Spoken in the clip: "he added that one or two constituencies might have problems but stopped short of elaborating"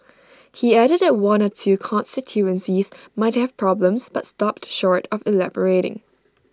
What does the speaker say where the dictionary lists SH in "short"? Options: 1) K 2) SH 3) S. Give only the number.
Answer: 2